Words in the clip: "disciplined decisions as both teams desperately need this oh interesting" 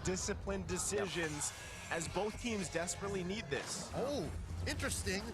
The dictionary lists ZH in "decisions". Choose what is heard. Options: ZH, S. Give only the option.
ZH